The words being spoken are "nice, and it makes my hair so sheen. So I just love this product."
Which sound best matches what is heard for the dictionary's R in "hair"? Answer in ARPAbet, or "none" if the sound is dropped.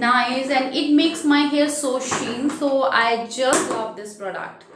L